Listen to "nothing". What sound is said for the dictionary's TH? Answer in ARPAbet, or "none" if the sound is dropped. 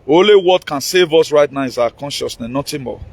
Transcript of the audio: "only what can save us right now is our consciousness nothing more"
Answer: T